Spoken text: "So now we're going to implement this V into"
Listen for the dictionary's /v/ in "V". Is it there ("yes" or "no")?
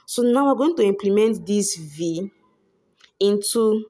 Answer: yes